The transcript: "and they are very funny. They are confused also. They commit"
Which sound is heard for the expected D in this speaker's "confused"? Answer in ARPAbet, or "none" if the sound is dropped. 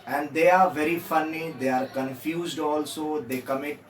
D